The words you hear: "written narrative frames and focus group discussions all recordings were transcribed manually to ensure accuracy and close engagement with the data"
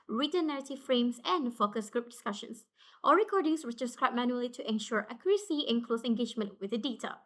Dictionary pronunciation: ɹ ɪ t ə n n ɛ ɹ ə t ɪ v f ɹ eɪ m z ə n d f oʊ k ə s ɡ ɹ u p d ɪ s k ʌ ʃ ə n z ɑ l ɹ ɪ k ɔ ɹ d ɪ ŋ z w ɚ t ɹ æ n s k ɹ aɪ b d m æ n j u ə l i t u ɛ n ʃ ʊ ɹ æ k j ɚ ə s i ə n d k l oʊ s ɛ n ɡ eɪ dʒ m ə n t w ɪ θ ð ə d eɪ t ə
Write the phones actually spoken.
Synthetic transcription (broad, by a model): ɹ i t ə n n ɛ ɹ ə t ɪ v f ɹ eɪ m s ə n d f oʊ k ə s ɡ ɹ u p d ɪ s k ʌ ʃ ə n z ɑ ɹ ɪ k ɔ ɹ d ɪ ŋ s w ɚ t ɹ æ s k ɹ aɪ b m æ n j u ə l i t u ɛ n ʃ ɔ ɹ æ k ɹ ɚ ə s i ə n k l oʊ s ɛ n ɡ eɪ dʒ m ə n t w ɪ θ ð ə d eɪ t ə